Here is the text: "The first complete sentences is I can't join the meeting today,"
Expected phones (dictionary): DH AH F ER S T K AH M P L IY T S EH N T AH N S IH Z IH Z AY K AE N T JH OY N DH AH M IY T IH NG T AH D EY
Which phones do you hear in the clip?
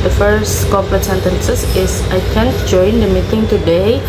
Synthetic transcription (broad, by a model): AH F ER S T K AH P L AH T S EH N T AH N S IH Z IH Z AY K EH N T JH OY N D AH M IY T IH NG T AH D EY